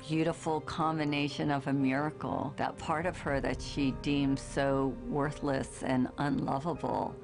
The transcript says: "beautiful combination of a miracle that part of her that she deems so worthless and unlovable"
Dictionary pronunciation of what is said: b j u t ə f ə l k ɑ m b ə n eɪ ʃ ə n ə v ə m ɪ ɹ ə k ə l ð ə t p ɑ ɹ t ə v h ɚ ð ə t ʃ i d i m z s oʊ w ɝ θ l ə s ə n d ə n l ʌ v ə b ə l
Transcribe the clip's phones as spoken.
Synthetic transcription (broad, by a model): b j u t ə f l k ɑ m b ə n eɪ ʃ ə n ə v ə m ɪ ɹ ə k l ð ə t p ɑ ɹ t ə v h ɚ ð ə t ʃ i d i m z s oʊ w ɝ θ l ə s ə n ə n l ʌ v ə b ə l